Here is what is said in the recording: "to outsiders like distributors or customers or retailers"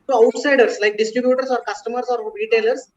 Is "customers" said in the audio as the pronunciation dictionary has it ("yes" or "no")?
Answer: no